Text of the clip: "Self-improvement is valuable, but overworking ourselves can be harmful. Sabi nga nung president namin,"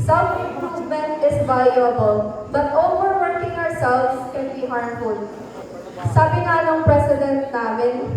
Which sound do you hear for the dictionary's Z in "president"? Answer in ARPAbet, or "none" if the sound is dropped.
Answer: S